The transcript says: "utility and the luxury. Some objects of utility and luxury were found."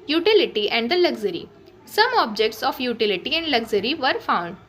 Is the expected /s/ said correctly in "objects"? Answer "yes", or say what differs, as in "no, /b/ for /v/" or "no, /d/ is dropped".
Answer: yes